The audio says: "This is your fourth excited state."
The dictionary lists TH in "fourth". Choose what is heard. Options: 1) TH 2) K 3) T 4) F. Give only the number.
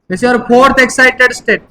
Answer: 3